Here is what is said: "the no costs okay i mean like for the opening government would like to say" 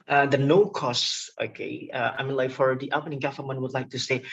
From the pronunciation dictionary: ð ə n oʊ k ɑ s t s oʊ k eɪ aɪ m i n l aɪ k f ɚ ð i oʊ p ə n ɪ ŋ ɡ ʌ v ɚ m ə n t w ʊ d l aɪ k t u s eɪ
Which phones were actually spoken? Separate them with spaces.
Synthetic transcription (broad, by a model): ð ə n oʊ k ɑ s s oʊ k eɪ aɪ m i n l aɪ k f ɚ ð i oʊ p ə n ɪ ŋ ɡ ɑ f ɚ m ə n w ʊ d l aɪ k t u s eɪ